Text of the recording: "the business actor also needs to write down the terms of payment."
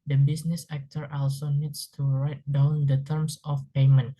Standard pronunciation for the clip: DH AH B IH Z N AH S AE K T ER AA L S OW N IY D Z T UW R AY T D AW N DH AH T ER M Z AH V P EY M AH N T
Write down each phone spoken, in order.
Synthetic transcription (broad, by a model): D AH B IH S N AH S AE K T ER AA L S OW N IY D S T UW R AY T D AW N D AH T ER M S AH F P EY M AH N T